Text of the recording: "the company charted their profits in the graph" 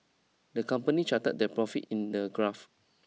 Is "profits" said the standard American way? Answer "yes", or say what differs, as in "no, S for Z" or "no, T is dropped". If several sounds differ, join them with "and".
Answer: no, S is dropped